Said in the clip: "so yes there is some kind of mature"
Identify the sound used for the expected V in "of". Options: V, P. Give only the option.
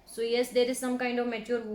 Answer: V